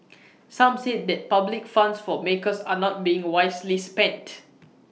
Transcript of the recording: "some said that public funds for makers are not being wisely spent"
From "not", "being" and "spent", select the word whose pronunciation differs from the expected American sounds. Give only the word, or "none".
none